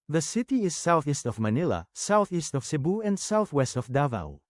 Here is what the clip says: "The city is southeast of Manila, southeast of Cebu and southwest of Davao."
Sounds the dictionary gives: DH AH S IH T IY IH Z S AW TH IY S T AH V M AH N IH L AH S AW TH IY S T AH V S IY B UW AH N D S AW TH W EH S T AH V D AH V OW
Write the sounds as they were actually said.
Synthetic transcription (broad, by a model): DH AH S IH T IY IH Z S AW TH IY S T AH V M AH N IH L AH S AW TH IY S T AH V S IY B UW AH N D S AW TH W EH S T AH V D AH V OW